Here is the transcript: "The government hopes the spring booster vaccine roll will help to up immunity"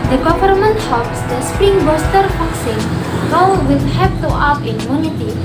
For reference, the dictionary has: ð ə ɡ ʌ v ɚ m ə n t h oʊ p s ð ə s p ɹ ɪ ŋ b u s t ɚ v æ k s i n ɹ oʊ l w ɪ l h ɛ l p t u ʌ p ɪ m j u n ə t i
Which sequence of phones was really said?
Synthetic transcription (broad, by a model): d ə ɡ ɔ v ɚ m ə n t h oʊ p s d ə s p ɹ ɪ ŋ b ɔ s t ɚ f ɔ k s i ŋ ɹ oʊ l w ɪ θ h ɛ p t u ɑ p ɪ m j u n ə t i